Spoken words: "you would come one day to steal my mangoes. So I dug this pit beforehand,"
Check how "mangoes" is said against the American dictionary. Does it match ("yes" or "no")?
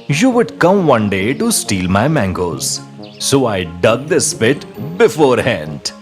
yes